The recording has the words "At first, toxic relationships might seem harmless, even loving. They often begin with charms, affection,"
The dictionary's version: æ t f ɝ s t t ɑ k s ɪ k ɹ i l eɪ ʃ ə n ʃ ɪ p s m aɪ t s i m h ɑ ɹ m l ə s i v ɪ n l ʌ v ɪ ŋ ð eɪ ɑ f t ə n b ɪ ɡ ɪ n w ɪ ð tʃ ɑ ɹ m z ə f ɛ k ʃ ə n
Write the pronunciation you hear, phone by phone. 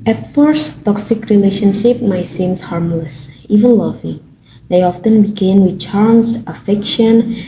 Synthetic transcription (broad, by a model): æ t f ɝ s t t ɑ k s ɪ k ɹ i l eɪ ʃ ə n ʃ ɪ p m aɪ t s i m h ɑ ɹ m l ə s i v ɪ n l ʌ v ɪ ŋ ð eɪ ɑ f t ə n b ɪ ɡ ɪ n w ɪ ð tʃ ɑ ɹ m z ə f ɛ k ʃ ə n